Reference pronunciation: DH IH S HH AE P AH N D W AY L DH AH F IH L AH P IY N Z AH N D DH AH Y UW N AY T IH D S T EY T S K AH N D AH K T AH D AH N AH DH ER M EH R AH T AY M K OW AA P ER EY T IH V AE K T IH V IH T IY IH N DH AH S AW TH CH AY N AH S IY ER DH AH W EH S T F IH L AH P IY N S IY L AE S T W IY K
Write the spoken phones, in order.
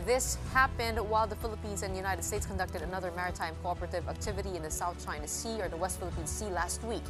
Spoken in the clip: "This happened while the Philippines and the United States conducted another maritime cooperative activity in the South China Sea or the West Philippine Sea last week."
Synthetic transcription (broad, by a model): DH IH S HH AE P AH N D W AY L DH AH F IH L AH P IY N Z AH N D DH AH Y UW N AY T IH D S T EY T S K AH N D AH K T AH D AH N AH DH ER M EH R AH T AY M K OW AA P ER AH T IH V AE K T IH V IH T IY IH N DH AH S AW TH CH AY N AH S IY ER DH AH W EH S T F IH L AH P IY N S IY L AE S T W IY K